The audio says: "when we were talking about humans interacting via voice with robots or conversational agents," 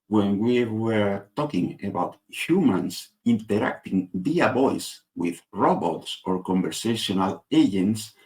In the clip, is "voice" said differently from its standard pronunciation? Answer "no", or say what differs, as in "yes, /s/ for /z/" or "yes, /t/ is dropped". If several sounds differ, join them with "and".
yes, /b/ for /v/